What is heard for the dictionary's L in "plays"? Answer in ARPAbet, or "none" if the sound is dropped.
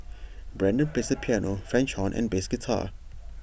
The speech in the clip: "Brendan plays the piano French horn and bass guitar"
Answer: none